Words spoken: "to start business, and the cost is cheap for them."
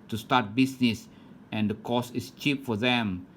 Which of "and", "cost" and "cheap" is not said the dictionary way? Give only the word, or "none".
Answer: cost